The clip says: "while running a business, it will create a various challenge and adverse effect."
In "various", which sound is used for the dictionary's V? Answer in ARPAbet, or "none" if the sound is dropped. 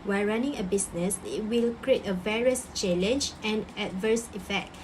V